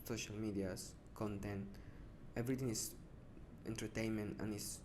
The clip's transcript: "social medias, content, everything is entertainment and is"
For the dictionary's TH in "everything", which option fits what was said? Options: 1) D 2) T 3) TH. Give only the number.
2